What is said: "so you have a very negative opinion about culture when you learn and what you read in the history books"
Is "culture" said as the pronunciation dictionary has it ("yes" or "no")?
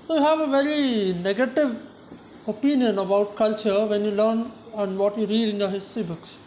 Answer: yes